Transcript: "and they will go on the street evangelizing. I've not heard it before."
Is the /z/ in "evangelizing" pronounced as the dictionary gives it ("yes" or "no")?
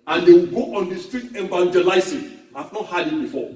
no